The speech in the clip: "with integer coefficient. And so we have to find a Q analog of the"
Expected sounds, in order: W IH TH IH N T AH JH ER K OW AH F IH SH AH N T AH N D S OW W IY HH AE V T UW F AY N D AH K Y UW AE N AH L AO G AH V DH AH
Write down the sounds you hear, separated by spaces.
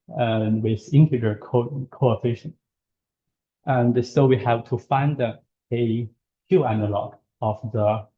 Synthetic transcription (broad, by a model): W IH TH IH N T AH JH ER K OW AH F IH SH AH N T AH N D S OW W IY HH AE V T UW F AY N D AH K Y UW AE N AH L AO G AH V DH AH